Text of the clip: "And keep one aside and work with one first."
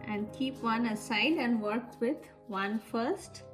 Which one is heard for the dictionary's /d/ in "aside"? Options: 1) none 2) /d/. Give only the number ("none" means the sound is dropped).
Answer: 2